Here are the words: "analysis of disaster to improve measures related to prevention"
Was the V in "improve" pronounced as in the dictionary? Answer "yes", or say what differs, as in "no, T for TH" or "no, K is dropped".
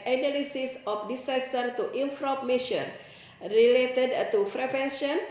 no, P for V